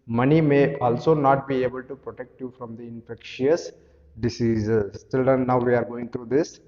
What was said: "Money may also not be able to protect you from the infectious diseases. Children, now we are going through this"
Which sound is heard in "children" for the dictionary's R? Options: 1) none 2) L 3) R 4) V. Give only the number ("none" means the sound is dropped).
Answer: 1